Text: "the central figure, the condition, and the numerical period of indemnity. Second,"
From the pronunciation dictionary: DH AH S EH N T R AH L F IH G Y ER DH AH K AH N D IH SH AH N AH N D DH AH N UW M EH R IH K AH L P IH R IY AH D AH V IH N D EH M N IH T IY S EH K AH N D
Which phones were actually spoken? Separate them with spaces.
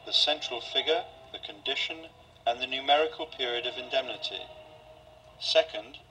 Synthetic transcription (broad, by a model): DH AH S EH N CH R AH L F IH G Y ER DH AH K AH N D IH SH AH N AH N DH AH N UW M EH R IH K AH L P IH R IY AH D AH V IH N D EH M N IH T IY S EH K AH N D